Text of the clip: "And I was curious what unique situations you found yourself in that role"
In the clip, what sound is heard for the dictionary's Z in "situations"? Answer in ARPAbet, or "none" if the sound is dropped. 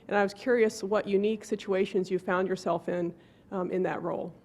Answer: Z